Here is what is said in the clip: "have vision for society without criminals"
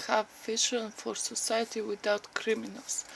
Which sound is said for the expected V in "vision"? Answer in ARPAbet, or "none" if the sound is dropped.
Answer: F